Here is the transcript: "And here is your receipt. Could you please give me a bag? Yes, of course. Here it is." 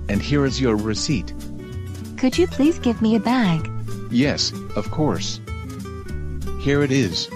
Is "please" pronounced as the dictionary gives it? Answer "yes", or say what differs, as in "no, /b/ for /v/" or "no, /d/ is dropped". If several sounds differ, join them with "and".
yes